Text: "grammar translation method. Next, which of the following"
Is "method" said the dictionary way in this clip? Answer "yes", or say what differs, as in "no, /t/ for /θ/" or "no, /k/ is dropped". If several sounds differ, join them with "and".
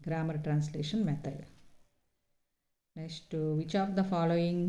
no, /t/ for /θ/